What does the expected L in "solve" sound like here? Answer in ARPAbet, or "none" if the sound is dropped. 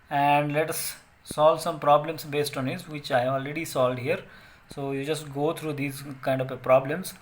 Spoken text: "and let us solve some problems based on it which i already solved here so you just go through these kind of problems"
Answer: L